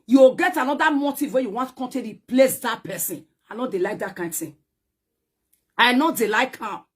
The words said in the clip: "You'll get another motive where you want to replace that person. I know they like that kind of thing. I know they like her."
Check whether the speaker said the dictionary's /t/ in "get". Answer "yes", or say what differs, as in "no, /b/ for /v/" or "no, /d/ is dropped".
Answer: yes